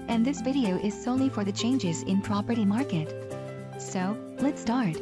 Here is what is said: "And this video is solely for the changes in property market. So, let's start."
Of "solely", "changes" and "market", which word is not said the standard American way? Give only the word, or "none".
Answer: none